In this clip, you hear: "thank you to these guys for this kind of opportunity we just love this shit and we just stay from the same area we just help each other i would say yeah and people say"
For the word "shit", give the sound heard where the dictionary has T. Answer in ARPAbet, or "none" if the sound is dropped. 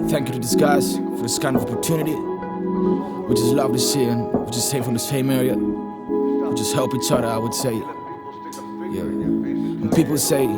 none